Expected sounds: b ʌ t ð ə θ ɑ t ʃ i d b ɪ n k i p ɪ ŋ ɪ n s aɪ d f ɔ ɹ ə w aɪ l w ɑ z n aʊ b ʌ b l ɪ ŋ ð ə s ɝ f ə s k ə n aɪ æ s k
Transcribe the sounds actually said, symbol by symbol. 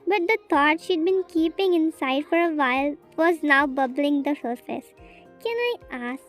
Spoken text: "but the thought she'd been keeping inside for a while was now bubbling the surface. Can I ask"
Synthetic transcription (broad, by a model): b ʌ t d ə t ɑ t ʃ i d b ɪ n k i p ɪ ŋ ɪ n s aɪ d f ɔ ɹ ə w aɪ l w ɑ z n aʊ b ʌ b l ɪ ŋ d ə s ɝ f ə s k ə n aɪ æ s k